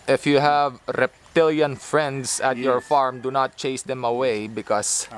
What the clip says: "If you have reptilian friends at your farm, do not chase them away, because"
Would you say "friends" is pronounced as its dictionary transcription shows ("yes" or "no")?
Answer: no